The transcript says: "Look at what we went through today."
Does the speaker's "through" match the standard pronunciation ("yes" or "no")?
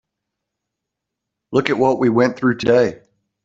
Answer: yes